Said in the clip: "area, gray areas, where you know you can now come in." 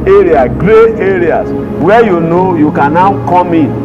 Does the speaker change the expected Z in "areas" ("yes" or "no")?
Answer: yes